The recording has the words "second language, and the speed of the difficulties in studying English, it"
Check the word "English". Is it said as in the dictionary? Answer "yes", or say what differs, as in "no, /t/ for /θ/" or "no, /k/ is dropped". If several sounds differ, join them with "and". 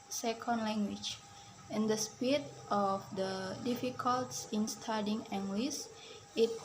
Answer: no, /s/ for /ʃ/